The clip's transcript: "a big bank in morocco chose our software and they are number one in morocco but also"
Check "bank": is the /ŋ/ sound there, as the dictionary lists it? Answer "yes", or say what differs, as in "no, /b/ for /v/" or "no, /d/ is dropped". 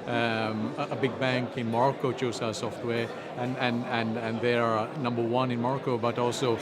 yes